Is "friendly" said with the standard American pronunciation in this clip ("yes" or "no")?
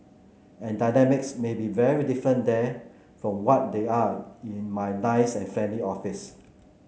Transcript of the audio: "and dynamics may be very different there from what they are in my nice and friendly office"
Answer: no